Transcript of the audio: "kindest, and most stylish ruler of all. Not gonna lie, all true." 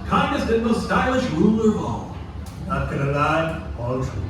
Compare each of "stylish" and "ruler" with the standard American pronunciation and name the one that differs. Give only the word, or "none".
none